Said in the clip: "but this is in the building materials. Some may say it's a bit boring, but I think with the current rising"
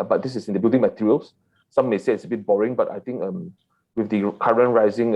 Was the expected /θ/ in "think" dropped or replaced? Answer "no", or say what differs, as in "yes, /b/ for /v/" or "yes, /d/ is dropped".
yes, /t/ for /θ/